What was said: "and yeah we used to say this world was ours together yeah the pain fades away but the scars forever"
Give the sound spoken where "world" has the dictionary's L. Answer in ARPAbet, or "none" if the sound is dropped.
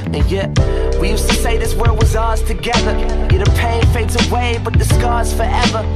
none